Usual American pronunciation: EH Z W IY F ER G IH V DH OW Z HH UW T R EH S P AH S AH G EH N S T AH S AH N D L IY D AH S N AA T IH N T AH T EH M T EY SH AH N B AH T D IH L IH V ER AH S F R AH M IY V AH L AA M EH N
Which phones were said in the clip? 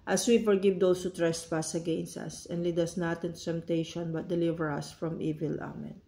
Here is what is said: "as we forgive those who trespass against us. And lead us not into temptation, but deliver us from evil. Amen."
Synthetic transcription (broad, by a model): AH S W IY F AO G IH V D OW S HH UW T R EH S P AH S AH G EH N S T AH S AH N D L IY D AH S N AA T IH N T AH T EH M T EY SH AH N B AH T D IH L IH V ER AH S F R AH M IY V AH L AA M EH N